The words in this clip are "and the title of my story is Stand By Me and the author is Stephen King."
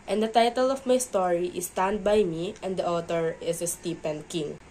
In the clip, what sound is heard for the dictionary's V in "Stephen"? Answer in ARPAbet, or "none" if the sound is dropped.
P